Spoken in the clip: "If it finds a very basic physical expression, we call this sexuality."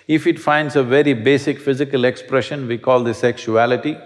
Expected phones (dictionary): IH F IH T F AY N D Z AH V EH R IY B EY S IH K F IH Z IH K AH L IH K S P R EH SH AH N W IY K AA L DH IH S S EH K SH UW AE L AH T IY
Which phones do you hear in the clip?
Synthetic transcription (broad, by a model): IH F IH T F AY N D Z AH V EH R IY B EY S IH K F IH Z IH K AH L IH K S P R EH SH AH N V IY K AA L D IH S S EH K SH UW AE L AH T IY